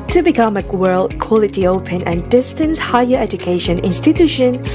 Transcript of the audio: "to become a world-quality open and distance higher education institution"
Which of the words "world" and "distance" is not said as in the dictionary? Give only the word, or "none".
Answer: none